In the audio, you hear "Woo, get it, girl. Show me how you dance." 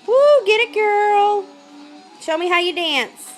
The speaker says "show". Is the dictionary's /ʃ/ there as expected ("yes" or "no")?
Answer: yes